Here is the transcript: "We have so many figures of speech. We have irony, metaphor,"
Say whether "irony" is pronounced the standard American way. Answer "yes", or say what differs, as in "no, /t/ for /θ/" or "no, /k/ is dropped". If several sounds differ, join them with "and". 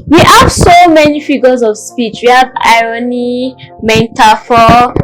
yes